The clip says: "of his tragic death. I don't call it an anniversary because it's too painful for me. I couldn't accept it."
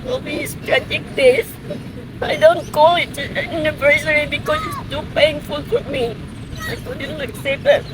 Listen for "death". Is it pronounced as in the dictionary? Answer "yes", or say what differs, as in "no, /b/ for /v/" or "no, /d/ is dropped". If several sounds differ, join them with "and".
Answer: no, /s/ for /θ/